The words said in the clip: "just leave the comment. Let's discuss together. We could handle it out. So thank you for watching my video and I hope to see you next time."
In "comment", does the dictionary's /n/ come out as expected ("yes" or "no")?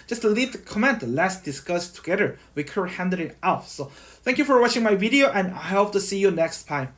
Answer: yes